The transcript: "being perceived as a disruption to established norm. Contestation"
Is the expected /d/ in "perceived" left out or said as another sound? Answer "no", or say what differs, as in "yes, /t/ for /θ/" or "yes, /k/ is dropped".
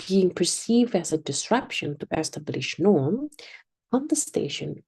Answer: no